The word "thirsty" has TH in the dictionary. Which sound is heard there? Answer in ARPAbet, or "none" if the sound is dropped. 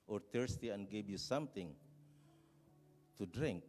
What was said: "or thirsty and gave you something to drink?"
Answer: T